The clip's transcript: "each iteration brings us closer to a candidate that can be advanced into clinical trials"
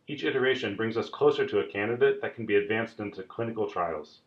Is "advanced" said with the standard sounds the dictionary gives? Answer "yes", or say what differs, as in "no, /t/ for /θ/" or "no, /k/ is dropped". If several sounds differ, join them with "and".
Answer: yes